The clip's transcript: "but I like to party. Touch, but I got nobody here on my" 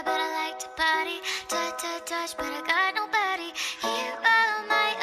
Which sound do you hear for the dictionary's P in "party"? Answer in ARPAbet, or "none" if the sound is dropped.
B